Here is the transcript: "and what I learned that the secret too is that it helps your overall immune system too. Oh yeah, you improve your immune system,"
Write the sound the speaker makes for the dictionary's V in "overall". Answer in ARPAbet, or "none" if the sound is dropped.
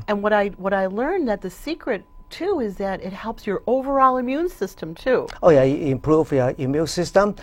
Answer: V